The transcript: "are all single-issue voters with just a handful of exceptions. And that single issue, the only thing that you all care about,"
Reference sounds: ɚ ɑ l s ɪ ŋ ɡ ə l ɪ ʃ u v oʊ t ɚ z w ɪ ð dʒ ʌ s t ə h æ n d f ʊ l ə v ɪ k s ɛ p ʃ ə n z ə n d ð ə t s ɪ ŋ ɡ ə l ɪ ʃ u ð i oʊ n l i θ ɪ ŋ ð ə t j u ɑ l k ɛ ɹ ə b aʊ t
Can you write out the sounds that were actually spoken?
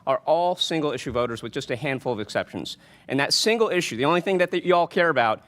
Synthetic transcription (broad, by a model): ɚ ɑ l s ɪ ŋ ɡ l ɪ ʃ u v oʊ t ɚ z w ɪ ð dʒ ʌ s t ə h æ n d f l ə v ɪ k s ɛ p ʃ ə n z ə n ð ə t s ɪ ŋ ɡ l ɪ ʃ u ð i oʊ n l i θ ɪ ŋ ð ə t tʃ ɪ ɑ l k ɛ ɹ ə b aʊ t